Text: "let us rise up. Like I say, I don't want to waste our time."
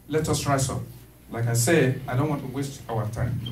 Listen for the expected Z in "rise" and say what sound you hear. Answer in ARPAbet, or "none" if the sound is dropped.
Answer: S